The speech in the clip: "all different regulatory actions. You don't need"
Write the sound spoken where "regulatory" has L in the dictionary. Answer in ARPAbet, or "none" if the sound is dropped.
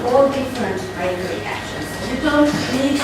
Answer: none